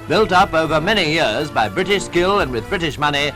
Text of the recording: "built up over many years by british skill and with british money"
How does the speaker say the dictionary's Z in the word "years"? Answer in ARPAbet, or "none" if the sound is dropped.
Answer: Z